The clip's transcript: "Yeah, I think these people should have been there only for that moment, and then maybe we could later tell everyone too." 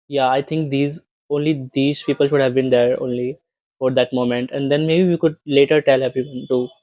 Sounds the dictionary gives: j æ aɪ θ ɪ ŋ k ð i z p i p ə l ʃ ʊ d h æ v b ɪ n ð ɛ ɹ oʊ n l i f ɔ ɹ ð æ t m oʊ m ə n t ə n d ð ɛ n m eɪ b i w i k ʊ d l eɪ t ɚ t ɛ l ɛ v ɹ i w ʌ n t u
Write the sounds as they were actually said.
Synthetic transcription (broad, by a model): j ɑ aɪ t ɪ ŋ k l i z p i p ə l ʃ ʊ d h æ v b ɪ n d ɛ ɹ oʊ n l i f ɔ ɹ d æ t m oʊ m ə n t ə n d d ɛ n m eɪ b i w i k ʊ d l eɪ t ɚ t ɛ l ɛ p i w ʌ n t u